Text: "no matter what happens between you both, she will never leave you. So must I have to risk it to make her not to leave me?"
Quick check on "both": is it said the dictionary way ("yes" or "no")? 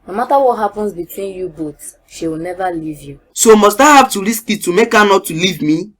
no